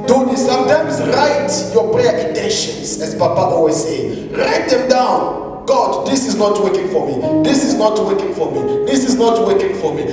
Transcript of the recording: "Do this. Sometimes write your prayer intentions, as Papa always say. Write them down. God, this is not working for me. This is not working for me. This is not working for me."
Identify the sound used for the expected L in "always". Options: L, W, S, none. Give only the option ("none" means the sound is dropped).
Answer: none